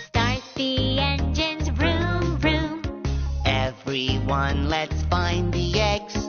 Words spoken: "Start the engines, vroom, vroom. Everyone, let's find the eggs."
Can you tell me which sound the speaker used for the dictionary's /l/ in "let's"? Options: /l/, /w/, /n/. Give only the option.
/l/